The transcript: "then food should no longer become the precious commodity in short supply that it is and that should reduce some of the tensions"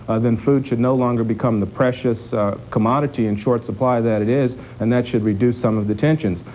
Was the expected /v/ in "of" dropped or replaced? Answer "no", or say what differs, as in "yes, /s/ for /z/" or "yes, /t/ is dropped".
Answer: no